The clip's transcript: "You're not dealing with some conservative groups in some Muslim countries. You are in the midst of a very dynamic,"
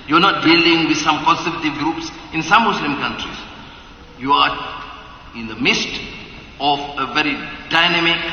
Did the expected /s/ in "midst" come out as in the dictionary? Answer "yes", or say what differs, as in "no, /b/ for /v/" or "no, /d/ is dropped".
yes